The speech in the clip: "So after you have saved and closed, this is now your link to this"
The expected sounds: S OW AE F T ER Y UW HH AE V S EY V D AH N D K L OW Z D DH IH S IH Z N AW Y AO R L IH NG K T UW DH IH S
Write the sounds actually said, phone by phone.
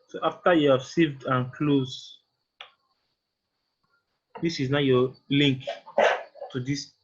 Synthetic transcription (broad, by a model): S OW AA F T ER Y UW HH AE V S EY V D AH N K L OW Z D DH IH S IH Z N AW Y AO L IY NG K T UW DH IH S